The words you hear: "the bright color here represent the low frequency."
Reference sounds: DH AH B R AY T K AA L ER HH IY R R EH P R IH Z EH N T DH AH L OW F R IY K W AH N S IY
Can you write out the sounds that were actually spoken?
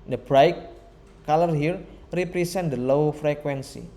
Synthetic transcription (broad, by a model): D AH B R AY K AA L ER HH IY R R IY P R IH S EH N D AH L OW F R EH K W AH N S IY